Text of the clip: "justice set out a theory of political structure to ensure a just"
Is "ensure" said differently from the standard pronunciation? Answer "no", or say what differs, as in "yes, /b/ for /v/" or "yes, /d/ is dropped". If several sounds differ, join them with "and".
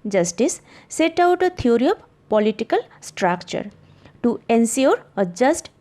yes, /s/ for /ʃ/